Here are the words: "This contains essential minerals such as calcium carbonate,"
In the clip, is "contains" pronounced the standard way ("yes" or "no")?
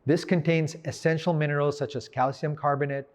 yes